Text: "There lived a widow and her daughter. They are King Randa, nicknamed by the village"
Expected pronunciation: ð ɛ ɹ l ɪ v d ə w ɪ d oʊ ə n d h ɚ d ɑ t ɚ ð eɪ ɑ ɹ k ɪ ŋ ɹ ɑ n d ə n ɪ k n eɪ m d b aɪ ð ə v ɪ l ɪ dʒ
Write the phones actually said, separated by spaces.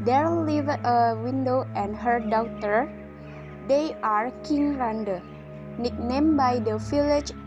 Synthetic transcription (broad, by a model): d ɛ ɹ l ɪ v ə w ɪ d oʊ ə n d h ɚ d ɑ t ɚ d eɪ ɑ ɹ k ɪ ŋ ɹ ɑ n d ə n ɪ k n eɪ m b aɪ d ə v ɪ l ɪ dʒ